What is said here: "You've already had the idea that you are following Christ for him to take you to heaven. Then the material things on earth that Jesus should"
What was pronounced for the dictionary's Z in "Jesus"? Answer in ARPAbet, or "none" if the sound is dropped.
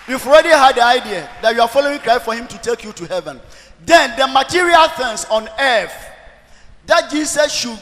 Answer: S